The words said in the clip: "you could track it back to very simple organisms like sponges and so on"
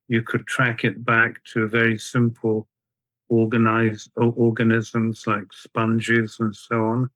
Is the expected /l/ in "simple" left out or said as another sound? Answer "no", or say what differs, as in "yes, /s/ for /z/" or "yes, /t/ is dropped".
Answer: yes, /n/ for /l/